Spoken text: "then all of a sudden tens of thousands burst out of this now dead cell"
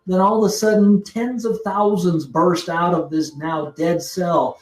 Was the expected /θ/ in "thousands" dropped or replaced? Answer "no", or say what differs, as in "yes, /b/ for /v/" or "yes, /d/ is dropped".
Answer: no